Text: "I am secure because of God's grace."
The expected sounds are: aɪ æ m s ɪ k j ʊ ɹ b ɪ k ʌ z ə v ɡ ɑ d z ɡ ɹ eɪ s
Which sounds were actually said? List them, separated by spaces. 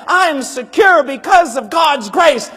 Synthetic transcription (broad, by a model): aɪ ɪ m s ɪ k j ʊ ɹ b ɪ k ʌ z ə v ɡ ɑ d z ɡ ɹ eɪ s